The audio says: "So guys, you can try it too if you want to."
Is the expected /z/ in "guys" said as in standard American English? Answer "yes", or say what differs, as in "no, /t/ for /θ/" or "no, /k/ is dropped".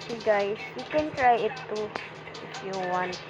no, /s/ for /z/